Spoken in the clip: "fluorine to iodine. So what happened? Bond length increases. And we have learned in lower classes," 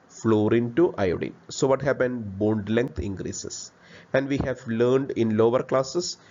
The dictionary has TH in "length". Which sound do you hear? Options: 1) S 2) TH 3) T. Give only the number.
3